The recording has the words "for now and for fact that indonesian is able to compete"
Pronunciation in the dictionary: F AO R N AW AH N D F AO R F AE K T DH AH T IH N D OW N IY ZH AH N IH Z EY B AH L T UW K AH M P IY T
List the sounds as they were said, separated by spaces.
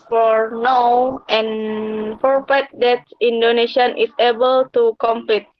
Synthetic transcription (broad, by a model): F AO R N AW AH N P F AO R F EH T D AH T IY N D OW N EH SH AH N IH S EY B AH L T UW K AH M P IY T